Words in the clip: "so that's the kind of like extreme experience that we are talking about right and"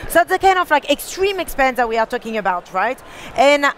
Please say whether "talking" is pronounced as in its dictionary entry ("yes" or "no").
yes